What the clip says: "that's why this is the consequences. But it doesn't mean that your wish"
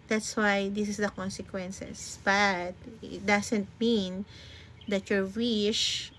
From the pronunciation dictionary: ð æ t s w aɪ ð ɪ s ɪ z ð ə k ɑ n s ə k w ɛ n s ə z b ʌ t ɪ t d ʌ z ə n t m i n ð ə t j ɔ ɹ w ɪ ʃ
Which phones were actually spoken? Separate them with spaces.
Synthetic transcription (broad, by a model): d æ t s w aɪ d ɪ s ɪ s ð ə k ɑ n s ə k w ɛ n s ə s b ʌ t ɪ t d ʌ s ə n t m i n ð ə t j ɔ ɹ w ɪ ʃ